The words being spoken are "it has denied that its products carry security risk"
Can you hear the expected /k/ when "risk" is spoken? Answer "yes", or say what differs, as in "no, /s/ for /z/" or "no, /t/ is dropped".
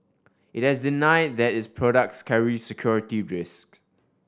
yes